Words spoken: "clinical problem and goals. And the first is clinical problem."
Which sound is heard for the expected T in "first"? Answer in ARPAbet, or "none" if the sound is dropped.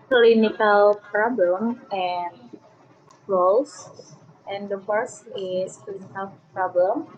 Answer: none